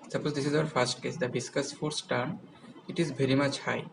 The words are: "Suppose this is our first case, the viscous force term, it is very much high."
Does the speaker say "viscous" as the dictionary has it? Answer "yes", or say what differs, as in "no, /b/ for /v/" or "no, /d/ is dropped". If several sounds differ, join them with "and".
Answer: no, /b/ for /v/